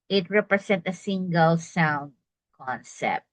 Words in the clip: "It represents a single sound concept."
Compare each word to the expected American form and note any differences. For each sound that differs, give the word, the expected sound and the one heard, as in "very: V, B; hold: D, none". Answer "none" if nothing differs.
represents: Z, S; represents: S, none